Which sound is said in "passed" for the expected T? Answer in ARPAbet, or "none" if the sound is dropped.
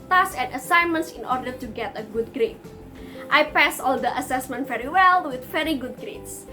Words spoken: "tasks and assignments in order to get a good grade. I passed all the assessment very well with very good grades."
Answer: none